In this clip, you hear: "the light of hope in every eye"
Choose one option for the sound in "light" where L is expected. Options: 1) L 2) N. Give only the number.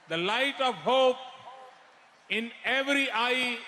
1